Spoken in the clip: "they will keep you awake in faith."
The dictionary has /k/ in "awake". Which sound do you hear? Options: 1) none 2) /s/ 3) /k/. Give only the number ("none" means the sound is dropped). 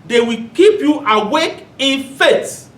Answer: 3